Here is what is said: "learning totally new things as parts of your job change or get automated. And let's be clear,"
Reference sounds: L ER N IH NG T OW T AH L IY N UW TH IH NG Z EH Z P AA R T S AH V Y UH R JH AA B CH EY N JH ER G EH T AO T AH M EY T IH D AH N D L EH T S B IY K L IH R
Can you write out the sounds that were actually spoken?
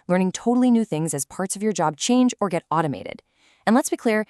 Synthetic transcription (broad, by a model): L ER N IH NG T OW T L IY N UW TH IH NG Z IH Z P AA R T S AH V Y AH R JH AA B CH EY N JH ER G EH T AO T AH M EY T IH D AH N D L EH T S B IY K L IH R